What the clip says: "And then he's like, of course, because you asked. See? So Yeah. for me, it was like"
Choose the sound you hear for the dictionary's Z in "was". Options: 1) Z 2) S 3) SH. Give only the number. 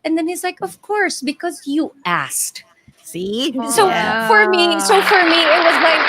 1